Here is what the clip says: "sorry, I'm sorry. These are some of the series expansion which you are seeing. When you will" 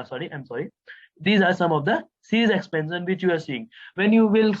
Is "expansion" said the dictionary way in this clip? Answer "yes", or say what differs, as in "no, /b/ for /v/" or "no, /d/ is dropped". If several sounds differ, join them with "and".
no, /s/ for /ʃ/